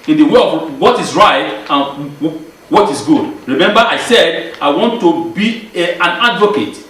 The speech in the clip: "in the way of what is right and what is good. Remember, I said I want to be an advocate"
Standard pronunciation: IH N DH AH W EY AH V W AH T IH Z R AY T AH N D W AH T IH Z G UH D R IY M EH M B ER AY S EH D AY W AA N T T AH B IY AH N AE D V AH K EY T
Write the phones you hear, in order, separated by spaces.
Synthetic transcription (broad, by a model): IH N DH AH W EY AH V W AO T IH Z R AY T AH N W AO T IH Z G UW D R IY M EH M B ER AY S EH D AY W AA N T T AH B IY AH N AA D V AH K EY T